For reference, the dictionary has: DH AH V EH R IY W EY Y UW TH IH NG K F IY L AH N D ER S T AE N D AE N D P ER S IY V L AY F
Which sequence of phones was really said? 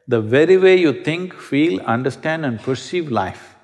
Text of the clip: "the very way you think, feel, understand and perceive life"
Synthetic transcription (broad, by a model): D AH V EH R IY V EY Y UW T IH NG K F IY L AH N D ER S T AE N D AE N D P ER S IY V L AY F